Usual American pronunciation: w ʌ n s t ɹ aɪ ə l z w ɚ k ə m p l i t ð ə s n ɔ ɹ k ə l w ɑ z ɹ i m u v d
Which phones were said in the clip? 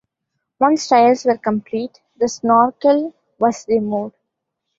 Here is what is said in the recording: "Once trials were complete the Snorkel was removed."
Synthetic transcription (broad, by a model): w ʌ n s t aɪ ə l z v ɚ k ə m p l i t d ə s n ɔ ɹ k ə l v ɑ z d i m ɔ d